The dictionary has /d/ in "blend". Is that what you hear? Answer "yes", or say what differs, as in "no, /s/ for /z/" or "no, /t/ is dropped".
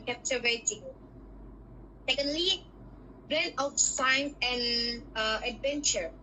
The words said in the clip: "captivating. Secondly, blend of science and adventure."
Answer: no, /d/ is dropped